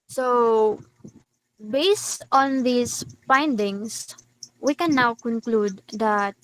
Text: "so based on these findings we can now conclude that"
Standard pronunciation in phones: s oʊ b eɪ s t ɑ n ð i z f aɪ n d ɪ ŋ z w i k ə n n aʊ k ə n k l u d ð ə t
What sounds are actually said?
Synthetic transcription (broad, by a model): s oʊ b eɪ s t ɑ n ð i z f aɪ n d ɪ ŋ s w i k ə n n aʊ k ə n k l u d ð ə t